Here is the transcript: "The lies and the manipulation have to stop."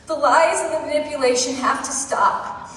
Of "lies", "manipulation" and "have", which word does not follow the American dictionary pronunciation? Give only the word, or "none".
have